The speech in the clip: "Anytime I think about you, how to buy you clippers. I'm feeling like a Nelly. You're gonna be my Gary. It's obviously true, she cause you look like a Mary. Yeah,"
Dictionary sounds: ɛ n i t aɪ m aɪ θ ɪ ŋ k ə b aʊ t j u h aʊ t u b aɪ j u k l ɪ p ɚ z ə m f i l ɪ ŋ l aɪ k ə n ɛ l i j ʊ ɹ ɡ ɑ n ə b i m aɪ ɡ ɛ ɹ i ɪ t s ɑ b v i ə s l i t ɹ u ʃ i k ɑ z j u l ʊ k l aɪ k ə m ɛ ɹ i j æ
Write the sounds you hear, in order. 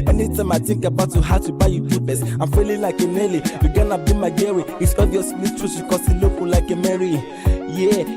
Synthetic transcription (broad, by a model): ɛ n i t aɪ m aɪ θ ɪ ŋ k ə b aʊ t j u h aʊ t u b aɪ j u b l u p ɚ s ə m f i l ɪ l aɪ k ə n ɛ l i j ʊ ɡ ɑ n ə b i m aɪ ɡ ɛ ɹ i ɪ t s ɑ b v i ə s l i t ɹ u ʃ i k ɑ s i l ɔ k l aɪ k ə m ɛ ɹ i j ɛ